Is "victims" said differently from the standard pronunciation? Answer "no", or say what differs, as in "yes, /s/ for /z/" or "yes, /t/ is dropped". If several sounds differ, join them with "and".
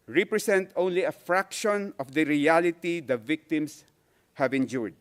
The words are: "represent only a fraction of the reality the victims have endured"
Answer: yes, /s/ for /z/